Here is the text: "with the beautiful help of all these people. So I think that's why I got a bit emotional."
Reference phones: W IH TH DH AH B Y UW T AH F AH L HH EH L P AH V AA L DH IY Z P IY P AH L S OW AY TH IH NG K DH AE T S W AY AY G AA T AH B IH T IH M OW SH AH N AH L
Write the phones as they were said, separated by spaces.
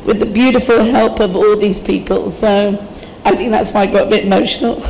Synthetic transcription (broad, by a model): W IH DH AH B Y UW T AH F AH L HH EH L P AH V AA L DH IY Z P IY P AH L S OW AY TH IH NG K DH AE T S W AY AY G AA T AH B IH T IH M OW SH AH N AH L